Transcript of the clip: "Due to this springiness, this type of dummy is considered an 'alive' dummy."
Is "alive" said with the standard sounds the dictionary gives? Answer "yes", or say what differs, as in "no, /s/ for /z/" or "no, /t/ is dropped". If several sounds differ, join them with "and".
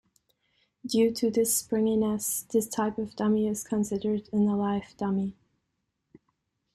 no, /f/ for /v/